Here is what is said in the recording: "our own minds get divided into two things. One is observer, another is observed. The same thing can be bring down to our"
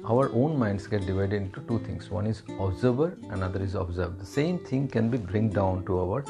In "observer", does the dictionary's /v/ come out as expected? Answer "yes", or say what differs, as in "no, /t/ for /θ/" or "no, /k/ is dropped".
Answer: no, /b/ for /v/